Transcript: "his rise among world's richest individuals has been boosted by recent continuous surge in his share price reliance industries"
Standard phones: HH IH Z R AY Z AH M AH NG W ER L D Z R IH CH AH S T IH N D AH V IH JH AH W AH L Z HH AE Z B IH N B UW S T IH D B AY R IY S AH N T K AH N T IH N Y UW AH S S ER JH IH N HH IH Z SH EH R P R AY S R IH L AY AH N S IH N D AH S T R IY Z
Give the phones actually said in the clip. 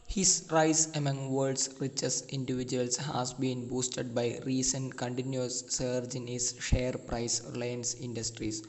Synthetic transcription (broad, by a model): HH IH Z R AY S AH M AH NG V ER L D S R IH CH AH S IH N D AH V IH JH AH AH L S HH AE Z B IH N B UW S T IH D B AY R IY S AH N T K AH N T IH N Y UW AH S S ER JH IH N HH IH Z SH EH R P R AY S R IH L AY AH N S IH N D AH S T R IY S